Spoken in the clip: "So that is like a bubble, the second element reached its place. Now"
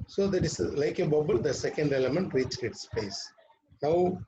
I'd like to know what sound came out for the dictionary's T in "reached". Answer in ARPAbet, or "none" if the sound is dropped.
none